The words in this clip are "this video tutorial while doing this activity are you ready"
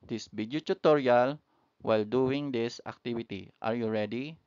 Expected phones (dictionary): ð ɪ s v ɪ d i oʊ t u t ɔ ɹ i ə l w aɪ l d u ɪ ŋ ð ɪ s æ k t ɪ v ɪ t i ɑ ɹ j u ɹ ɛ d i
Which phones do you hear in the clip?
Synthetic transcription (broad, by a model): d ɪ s b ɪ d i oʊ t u t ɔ ɹ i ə l w aɪ l d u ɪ ŋ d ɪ s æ k t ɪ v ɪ t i ɑ ɹ j u ɹ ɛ d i